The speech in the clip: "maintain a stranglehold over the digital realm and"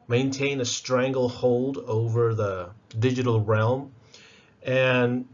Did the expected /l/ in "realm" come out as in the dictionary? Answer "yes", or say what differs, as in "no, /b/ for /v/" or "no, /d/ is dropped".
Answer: yes